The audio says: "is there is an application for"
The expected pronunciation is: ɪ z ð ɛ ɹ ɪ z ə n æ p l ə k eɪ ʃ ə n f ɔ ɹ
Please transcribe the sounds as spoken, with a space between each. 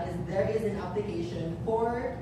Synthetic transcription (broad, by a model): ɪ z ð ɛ ɹ ɪ z ə n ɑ b l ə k eɪ ʃ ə n f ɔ ɹ